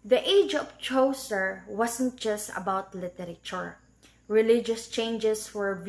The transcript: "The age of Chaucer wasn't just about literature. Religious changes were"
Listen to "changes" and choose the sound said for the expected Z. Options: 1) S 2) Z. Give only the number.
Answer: 1